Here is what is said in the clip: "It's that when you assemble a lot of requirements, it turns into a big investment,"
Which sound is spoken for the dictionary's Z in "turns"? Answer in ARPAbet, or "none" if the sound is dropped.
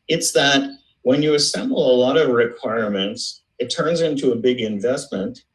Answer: Z